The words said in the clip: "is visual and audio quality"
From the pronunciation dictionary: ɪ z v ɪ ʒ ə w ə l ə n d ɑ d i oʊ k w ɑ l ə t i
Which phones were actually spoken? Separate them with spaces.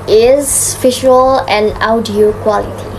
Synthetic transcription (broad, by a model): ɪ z f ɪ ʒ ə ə l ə n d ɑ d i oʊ k w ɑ l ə t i